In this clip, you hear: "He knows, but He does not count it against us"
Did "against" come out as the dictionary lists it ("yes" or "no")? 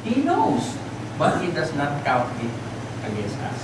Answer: yes